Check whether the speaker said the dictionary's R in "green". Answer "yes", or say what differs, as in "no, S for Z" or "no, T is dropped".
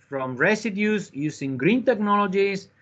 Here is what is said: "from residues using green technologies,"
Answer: yes